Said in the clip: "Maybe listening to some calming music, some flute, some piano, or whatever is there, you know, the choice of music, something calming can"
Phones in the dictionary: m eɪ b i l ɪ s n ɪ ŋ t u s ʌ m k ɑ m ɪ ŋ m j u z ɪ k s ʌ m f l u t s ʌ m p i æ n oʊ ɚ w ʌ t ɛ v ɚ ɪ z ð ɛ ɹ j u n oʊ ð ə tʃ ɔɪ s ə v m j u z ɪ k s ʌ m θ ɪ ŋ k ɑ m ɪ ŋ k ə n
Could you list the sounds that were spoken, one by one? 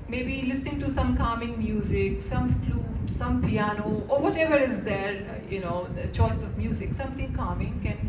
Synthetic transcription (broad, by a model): m eɪ b i l ɪ s n ɪ ŋ t u s ʌ m k ɑ m ɪ ŋ m j u z ɪ k s ʌ m f l u t s ʌ m p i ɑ n oʊ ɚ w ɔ t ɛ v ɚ ɪ z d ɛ ɹ j u n oʊ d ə tʃ ɔɪ s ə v m j u z ɪ k s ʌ m t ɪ ŋ k ɑ m ɪ ŋ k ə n